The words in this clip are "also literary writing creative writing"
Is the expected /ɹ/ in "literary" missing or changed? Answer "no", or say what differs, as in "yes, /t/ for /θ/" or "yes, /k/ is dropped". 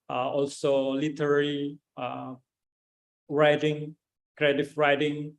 yes, /l/ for /ɹ/